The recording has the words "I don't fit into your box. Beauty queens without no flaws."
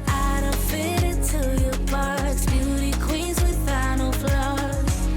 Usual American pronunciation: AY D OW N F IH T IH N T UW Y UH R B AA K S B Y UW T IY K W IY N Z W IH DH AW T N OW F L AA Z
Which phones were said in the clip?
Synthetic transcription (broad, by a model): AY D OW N F IH T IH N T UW Y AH R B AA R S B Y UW T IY K W IY N Z W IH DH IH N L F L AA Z